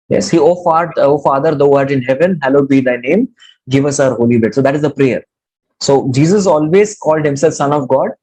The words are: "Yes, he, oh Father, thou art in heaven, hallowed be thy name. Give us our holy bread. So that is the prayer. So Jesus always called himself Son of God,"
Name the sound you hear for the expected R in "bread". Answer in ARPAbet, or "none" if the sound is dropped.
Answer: none